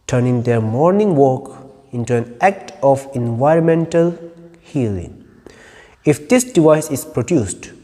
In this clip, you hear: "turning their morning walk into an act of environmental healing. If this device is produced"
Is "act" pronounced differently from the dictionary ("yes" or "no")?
no